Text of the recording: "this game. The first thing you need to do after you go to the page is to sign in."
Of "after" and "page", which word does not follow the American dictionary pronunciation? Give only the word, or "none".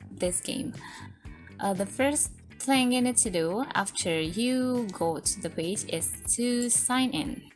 none